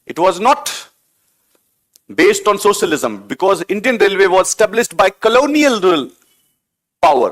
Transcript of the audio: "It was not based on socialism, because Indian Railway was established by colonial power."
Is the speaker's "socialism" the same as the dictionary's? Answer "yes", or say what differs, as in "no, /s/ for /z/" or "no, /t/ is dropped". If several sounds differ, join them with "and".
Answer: yes